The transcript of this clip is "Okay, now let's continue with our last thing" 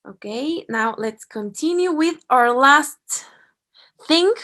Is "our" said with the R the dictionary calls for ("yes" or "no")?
yes